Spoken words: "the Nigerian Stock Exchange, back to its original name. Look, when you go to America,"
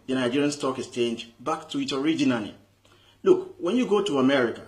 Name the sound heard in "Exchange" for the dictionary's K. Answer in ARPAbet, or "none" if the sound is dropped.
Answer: none